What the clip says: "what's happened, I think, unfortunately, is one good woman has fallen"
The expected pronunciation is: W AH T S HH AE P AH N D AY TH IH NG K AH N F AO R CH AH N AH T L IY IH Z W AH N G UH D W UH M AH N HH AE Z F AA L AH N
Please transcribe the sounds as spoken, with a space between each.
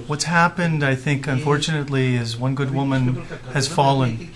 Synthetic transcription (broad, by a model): W AH T S HH AE P AH N D AY TH IH NG K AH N F AO R CH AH N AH T L IY IH Z W AH N G UH D W UH M AH N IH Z F AA L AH N